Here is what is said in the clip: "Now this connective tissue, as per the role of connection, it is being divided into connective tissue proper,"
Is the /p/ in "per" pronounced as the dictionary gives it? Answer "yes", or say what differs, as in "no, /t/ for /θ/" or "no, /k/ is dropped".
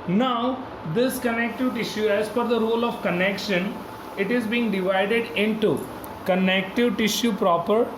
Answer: no, /f/ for /p/